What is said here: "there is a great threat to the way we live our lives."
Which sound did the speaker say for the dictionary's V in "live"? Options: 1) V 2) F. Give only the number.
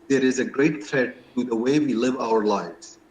1